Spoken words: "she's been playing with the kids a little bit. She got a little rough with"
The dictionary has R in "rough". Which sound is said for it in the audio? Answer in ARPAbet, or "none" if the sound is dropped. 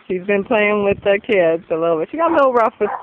R